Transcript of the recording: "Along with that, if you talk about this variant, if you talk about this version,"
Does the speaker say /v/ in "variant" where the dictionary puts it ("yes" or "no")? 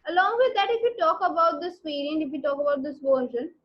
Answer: no